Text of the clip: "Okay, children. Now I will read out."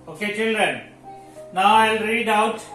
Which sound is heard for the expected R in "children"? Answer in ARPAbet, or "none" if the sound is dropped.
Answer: R